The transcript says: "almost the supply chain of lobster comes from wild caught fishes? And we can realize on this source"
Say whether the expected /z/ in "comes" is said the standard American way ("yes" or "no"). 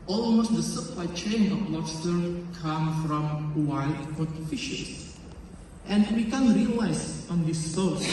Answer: no